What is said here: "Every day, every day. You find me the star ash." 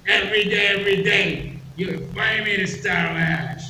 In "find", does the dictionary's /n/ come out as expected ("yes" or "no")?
no